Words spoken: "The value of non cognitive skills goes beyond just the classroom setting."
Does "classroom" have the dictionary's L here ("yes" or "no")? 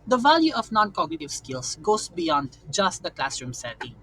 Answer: yes